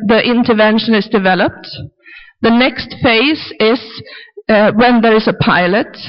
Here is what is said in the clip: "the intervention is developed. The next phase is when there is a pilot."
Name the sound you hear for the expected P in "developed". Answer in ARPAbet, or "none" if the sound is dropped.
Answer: P